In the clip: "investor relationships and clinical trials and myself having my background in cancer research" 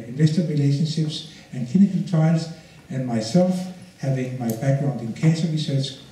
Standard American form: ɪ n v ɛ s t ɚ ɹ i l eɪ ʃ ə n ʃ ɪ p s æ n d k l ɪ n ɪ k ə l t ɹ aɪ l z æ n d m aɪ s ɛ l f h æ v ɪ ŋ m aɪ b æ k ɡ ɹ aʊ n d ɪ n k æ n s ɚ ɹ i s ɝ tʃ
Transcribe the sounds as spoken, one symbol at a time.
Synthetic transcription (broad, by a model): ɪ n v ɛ s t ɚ ɹ i l eɪ ʃ ə n ʃ ɪ p s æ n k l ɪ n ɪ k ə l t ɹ aɪ l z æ n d m aɪ s ɛ l f h æ v ɪ ŋ m aɪ b æ k ɡ ɹ aʊ n d ɪ n k æ n s ɚ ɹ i s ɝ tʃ